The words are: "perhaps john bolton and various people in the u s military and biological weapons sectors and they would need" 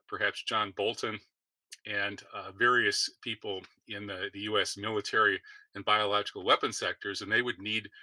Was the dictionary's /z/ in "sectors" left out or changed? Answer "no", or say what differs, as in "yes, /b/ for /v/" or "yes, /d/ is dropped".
no